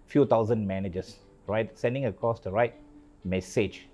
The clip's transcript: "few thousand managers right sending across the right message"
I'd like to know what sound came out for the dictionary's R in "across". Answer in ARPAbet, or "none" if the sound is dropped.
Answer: none